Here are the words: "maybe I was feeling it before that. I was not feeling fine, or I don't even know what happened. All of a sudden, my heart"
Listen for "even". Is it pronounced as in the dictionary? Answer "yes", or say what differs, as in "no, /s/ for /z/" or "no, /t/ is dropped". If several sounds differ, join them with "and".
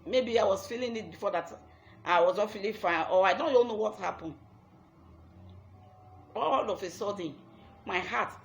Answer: no, /l/ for /n/